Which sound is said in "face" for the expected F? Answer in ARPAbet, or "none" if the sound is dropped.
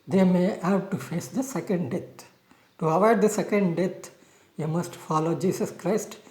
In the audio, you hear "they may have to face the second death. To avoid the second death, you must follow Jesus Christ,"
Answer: F